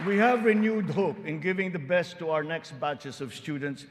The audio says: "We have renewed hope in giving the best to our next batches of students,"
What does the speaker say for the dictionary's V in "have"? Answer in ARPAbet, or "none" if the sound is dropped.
V